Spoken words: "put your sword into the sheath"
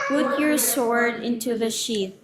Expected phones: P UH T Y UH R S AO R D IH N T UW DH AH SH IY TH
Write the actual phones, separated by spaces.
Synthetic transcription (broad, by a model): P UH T Y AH R S AO R D IH N T UW DH AH SH IY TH